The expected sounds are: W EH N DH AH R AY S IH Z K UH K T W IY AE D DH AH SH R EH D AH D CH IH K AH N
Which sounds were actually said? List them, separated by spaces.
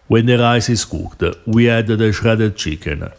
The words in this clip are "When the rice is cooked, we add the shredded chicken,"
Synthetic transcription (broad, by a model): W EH N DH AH R AY S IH S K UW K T W IY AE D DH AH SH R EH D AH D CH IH K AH N